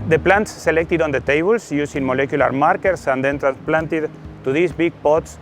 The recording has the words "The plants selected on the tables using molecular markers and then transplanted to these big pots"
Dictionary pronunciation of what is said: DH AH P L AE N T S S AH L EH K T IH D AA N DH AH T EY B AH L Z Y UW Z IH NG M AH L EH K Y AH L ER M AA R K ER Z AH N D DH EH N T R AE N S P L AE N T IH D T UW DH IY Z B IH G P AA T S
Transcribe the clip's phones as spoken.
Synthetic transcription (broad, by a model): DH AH P L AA N T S S AH L EH K T IH D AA N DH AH T EY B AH L S Y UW S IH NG M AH L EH K Y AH L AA M AA R K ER S AH N D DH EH N T R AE N S P L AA N T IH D T UW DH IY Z B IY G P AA T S